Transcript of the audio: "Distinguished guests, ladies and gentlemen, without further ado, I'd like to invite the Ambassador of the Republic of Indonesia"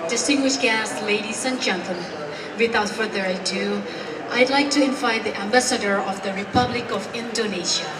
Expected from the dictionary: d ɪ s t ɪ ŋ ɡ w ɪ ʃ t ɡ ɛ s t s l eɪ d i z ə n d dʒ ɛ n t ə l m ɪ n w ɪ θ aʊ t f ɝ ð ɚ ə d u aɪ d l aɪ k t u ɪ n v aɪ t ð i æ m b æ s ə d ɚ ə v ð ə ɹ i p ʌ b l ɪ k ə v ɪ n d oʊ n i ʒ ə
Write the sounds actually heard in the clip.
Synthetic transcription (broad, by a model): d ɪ s t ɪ ŋ ɡ w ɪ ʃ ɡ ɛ s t l eɪ d i s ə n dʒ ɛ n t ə m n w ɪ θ aʊ t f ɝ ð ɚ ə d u aɪ d l aɪ k t u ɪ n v aɪ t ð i æ m b æ s ə d ɚ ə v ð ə ɹ i p ʌ b l ɪ k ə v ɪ n d oʊ n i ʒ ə